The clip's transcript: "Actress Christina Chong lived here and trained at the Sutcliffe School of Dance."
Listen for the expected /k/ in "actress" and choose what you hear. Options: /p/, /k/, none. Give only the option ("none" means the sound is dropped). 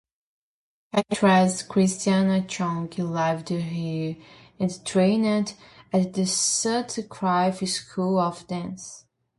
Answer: none